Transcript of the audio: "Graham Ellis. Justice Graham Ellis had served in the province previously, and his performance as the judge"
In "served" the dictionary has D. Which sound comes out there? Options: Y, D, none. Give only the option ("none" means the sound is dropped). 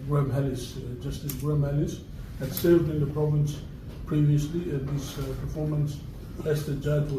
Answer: D